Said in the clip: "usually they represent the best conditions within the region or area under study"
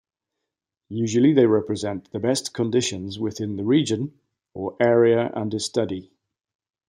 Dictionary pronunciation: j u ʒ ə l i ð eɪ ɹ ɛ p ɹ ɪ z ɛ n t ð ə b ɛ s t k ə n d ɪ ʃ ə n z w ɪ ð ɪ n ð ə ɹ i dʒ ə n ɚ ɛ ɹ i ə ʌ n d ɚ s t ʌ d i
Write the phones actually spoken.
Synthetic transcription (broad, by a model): j u ʒ ə l i ð eɪ ɹ ɛ p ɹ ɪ z ɛ n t ð ə b ɛ s k ə n d ɪ ʃ ə n z w ɪ ð ɪ n ð ə ɹ i dʒ ə n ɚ ɛ ɹ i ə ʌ n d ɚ s t ʌ d i